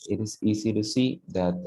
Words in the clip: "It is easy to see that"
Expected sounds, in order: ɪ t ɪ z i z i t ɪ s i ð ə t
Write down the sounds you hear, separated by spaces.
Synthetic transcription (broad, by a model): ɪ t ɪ s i s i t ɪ s i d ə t